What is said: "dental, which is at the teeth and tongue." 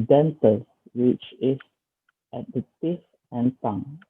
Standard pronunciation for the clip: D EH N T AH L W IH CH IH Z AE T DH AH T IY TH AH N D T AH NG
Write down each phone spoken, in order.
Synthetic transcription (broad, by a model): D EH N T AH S W IH CH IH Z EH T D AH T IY F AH N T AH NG